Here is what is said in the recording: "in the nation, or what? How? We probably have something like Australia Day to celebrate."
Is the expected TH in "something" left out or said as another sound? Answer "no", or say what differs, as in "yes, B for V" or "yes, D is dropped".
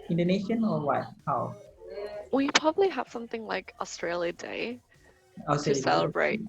no